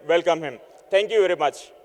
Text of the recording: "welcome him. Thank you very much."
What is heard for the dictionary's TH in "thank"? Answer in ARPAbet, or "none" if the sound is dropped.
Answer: T